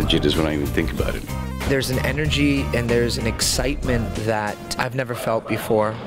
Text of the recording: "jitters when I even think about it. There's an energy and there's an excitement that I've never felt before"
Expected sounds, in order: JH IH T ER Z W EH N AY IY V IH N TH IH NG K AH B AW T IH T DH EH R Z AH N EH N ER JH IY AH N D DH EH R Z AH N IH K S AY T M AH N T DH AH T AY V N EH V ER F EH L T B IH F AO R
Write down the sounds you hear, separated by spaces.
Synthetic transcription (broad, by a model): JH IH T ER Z W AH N AY IY V IH N TH IH NG K AH B AW T IH T DH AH R Z AH N EH N ER JH IY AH N DH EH R Z N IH K S AY T M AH N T DH AH T AY V N EH V ER F EH L T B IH F AO R